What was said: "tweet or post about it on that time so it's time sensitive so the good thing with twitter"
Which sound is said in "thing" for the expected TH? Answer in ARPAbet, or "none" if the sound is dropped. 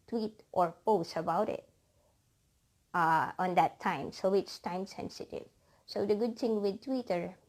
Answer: T